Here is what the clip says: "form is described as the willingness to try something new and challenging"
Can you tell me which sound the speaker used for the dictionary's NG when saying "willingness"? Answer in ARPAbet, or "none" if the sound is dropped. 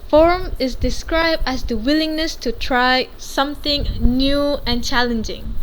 NG